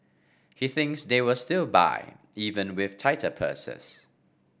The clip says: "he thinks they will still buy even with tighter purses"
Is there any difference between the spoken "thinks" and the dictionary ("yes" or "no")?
no